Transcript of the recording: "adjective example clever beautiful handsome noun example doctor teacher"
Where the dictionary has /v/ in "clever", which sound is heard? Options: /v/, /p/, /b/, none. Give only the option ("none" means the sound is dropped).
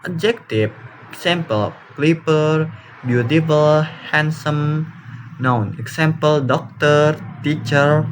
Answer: /p/